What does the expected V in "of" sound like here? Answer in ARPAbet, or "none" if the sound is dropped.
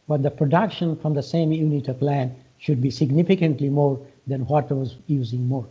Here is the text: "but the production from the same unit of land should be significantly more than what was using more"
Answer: P